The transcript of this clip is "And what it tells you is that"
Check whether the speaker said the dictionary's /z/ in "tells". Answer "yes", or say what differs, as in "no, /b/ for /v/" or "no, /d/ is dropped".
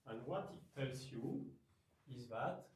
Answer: no, /s/ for /z/